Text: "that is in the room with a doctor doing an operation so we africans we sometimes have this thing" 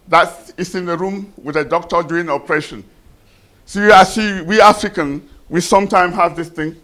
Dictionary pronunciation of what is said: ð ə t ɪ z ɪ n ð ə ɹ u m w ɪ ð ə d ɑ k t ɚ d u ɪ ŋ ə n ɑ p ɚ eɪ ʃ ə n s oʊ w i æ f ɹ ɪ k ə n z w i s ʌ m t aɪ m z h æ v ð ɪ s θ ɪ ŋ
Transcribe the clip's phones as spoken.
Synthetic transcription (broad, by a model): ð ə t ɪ s ɪ n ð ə ɹ u m w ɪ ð ə d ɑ k t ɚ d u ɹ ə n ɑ p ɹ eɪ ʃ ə n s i w i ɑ f ɹ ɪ k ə n w i s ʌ m t aɪ m h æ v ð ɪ s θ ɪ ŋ